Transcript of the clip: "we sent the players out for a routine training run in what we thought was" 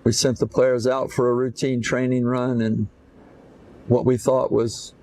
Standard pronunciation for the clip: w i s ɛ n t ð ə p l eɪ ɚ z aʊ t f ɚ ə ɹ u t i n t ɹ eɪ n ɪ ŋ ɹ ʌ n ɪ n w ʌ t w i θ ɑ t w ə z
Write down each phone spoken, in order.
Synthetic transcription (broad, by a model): w i s ɛ n ð ə p l eɪ ɚ z aʊ t f ɚ ə ɹ u t i n t ɹ eɪ n ɪ ŋ ɹ ʌ n ɪ n w ʌ t w i θ ɑ t w ə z